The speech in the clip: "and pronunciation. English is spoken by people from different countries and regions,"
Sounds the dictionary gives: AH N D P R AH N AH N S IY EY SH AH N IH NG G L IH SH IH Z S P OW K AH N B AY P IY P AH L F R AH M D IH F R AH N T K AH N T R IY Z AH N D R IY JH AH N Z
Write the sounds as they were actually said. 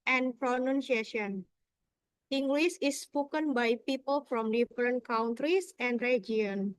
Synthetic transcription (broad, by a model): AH N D P R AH N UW N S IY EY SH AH N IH NG G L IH S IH S P OW K AH N B AY P IY P AH L F R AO M D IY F R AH N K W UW N T R IY S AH N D R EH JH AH N